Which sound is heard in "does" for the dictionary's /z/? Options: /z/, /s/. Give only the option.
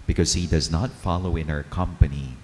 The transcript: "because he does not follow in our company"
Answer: /z/